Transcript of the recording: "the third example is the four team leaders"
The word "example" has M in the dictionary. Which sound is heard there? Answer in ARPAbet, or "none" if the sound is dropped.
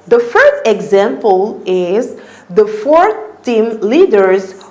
M